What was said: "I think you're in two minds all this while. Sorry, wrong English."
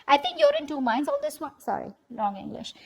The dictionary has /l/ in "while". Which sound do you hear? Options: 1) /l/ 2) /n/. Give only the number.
2